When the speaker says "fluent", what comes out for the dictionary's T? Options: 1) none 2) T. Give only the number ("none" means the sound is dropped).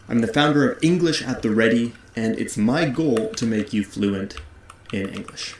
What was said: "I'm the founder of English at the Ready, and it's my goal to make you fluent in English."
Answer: 2